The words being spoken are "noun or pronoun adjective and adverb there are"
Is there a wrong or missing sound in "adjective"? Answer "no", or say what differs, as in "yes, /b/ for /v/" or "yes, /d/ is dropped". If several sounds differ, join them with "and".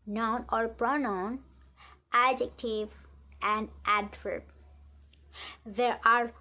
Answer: no